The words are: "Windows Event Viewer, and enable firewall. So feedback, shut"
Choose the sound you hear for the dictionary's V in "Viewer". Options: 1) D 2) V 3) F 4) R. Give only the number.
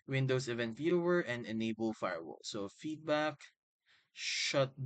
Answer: 3